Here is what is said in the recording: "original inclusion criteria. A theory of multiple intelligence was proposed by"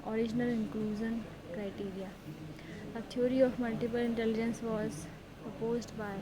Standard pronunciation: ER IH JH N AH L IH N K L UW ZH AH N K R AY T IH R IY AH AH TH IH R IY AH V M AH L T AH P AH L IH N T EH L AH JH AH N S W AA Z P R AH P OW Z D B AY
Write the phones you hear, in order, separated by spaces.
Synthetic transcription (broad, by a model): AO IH JH N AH L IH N K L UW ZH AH N K R AY T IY R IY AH AH T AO R IY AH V M AH L T AH P AH L IH N T EH L AH JH AH N S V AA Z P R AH P OW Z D B AY